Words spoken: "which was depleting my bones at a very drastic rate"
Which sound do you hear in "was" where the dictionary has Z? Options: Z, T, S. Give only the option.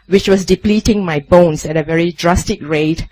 S